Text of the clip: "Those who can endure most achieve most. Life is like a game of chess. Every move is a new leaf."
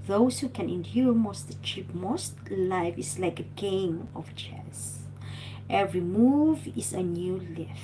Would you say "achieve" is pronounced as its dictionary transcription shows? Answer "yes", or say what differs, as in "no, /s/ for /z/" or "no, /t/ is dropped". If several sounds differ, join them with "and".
no, /p/ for /v/